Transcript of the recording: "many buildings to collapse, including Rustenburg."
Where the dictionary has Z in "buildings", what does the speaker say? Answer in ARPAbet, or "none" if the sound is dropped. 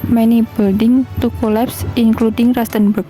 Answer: none